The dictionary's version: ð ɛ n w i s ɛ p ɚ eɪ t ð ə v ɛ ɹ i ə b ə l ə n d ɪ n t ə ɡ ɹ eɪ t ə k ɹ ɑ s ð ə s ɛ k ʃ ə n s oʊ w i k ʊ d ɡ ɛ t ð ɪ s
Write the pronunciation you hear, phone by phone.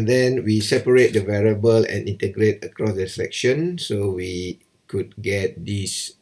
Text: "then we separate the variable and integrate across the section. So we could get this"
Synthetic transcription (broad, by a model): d ɛ n w i s ɛ p ɚ eɪ t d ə v ɛ ɹ i ə b ə l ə n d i n t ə ɡ ɹ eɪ t ə k ɹ ɑ s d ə s ɛ k ʃ ə n s oʊ w i k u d ɡ ɛ t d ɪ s